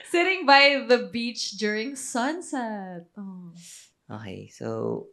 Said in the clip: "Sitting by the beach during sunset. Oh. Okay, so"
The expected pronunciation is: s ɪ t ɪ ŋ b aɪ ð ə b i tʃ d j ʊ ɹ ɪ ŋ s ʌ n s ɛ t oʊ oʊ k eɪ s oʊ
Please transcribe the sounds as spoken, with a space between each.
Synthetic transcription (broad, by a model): s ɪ t ɪ ŋ b aɪ ð ə b i tʃ d j ʊ ɹ ɪ ŋ s ʌ n s ɛ t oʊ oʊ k eɪ s oʊ